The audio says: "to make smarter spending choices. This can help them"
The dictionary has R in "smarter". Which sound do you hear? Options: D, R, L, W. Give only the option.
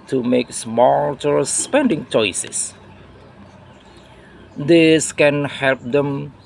L